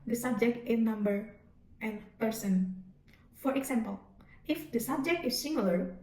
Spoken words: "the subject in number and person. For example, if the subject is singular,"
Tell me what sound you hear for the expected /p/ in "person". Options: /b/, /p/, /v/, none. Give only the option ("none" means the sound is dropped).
/p/